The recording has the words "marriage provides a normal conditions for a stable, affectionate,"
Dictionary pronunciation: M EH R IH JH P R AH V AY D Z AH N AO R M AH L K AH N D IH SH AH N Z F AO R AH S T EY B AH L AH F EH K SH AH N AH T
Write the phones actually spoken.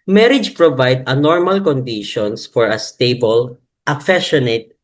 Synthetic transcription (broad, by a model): M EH R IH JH P R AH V AY D AH N AO R M AH L K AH N D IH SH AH N S F AO R AH S T EY B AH L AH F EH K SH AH N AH T